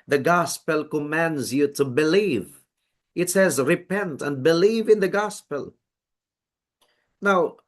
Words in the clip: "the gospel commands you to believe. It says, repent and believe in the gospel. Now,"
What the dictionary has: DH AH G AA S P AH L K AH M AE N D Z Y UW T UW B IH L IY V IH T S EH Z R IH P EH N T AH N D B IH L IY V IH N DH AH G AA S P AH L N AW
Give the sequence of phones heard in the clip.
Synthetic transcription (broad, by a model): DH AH G AA S P AH L K AH M AE N D Z Y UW T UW B IH L IY V IH T S EH Z R IH P EH N T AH N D B IH L IY V IH N DH AH G AA S P AH L N AW